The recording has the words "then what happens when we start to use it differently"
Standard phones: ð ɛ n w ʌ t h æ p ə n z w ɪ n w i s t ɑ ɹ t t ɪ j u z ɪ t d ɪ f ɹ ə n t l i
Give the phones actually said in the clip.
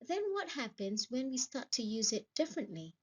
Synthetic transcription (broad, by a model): ð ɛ n w ʌ t h æ p ə n z w ɪ n w i s t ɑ ɹ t t ɪ j u z ɪ t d ɪ f ɹ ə n t l i